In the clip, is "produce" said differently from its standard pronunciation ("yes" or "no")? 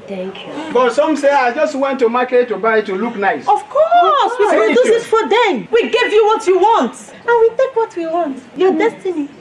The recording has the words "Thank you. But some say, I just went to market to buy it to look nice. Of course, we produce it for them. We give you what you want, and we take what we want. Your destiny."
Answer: yes